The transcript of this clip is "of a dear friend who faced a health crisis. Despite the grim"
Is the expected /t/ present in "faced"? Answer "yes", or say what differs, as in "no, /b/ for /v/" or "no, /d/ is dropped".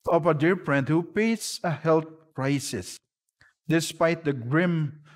no, /t/ is dropped